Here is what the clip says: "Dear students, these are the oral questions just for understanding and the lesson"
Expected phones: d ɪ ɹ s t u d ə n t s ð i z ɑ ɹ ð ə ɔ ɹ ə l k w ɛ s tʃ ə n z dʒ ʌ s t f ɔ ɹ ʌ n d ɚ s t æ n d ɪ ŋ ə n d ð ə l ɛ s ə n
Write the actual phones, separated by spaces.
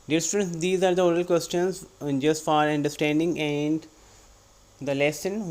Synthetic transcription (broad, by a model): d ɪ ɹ s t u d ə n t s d i z ɑ ɹ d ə ɔ ɹ ə l k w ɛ s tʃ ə n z dʒ ʌ s t f ɔ ɹ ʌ n d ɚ s t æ n d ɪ ŋ ə n d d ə l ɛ s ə n